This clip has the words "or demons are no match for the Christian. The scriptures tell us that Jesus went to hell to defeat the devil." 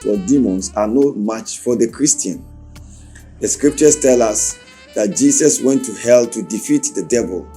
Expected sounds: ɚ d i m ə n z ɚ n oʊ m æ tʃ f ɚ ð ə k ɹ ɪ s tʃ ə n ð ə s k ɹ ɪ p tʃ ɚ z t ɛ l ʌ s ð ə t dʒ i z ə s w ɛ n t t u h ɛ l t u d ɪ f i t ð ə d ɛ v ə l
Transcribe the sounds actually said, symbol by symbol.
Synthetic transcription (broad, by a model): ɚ d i m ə n s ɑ n oʊ m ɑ tʃ f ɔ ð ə k ɹ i s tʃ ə n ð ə s k ɹ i p tʃ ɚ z t ɛ l ʌ s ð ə t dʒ i s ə s w ɛ n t t u h ɛ l t u d ɪ f i t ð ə d ɛ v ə l